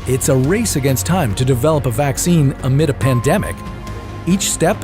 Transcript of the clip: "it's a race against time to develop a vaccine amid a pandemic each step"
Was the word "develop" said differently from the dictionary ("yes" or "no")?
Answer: no